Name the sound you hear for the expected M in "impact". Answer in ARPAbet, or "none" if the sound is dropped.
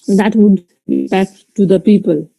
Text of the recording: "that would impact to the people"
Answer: none